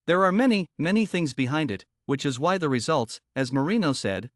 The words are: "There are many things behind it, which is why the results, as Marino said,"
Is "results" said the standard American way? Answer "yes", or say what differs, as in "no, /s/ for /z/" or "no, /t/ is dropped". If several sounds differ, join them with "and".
yes